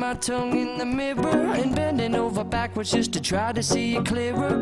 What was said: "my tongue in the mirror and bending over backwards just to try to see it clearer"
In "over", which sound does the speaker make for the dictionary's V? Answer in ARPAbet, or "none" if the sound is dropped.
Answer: V